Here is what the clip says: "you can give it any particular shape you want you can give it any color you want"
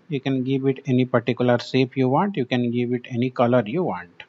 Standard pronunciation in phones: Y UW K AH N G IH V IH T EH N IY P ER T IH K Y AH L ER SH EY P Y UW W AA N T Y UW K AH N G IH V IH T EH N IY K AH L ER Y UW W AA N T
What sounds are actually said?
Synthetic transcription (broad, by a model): Y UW K AH N G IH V IH T EH N IY P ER T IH K Y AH L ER S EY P Y UW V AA N T Y UW K AH N G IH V IH T EH N IY K AH L ER Y UW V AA N T